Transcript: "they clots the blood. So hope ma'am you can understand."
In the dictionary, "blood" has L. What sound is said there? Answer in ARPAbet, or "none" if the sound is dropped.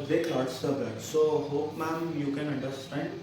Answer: none